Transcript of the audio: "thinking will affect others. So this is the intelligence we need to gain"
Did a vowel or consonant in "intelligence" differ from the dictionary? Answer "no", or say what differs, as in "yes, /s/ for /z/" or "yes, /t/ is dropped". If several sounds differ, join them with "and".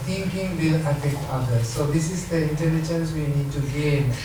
yes, /n/ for /l/ and /tʃ/ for /dʒ/